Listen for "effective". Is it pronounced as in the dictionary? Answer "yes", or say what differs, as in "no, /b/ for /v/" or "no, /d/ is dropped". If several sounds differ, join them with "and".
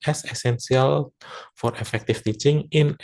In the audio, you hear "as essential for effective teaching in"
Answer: no, /f/ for /v/